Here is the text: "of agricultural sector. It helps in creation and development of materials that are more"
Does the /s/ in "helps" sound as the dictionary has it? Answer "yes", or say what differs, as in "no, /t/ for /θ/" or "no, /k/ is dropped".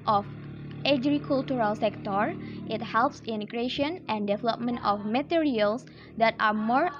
yes